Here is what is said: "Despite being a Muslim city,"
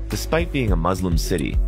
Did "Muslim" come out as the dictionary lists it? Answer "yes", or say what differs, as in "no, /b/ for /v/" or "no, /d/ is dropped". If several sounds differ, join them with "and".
yes